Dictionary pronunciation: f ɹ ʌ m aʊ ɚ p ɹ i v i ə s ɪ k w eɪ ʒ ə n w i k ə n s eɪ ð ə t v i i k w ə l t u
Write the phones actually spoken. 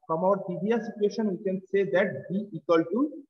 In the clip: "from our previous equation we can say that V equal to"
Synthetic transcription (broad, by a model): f ɹ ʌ m aʊ ɚ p i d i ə s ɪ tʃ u eɪ ʃ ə n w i k ə n s eɪ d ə t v i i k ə l t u